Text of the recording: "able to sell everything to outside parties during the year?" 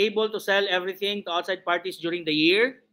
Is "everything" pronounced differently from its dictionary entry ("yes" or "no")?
yes